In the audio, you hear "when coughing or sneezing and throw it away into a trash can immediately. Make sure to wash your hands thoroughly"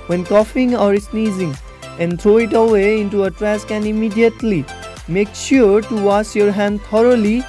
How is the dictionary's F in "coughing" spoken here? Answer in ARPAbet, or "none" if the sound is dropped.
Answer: F